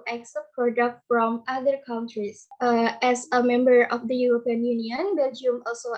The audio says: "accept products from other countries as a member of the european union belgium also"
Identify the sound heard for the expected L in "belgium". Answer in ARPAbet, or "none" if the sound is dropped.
L